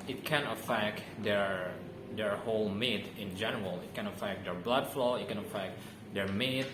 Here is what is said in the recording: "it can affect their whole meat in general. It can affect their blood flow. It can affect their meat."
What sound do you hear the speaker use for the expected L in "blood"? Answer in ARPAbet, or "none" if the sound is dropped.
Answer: L